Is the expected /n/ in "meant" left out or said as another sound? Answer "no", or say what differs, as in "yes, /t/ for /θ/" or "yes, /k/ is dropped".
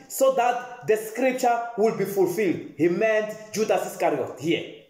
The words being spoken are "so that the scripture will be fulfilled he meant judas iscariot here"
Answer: no